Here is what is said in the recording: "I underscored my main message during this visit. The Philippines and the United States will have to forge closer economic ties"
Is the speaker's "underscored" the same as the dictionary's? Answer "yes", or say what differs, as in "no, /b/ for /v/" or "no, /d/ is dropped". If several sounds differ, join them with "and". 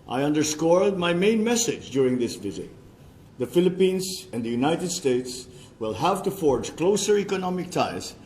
no, /l/ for /ɹ/